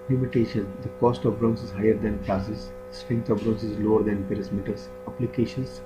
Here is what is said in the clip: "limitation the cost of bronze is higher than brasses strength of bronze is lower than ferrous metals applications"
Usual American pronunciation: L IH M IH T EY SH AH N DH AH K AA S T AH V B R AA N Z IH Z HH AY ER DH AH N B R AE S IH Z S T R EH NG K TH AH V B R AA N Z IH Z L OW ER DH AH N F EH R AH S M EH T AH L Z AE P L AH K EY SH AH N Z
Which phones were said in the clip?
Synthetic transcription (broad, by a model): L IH M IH T EY SH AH N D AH K AA S T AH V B R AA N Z IH Z HH AY ER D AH N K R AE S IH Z S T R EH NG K T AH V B R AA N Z IH Z L OW ER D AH N P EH R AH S M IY T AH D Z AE P L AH K EY SH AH N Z